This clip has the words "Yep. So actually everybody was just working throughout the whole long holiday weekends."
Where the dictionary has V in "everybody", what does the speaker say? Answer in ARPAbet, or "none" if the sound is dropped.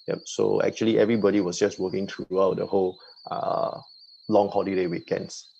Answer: V